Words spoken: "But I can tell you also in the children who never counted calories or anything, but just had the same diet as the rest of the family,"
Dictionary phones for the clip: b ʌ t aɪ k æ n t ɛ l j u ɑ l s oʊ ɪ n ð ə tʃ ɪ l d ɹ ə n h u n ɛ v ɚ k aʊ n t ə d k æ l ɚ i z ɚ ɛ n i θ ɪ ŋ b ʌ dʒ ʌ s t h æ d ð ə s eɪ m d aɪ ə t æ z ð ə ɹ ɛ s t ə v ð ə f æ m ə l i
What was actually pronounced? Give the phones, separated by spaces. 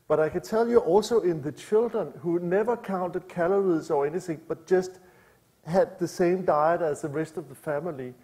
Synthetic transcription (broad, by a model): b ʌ t aɪ k æ n s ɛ l j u ɑ l s oʊ ɪ n ð ə tʃ ɪ l d ɹ ə n h u n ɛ v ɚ k aʊ n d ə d k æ l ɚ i s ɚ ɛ n i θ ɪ ŋ b ʌ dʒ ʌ s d h æ d ð ə s eɪ m d aɪ ə t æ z ð ə ɹ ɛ s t ə v ð ə f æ m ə l i